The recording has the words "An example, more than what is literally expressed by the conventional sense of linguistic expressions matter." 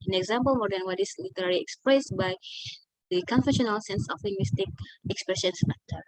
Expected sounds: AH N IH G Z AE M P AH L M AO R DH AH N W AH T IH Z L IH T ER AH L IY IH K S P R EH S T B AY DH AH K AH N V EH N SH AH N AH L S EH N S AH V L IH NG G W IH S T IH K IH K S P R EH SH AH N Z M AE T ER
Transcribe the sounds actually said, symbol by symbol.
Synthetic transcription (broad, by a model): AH N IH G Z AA M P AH L M AO R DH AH N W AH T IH S L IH T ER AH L IY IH K S P R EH S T B AY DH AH K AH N F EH SH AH N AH L S EH N S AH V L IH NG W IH S T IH K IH K S P R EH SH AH N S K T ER